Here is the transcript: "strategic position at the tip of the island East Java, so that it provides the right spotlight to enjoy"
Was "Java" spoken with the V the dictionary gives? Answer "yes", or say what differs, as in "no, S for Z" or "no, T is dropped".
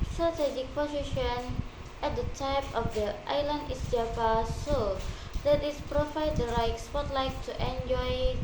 no, P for V